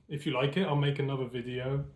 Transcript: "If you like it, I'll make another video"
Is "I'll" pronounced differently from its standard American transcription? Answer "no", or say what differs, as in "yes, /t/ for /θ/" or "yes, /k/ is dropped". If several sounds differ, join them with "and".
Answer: no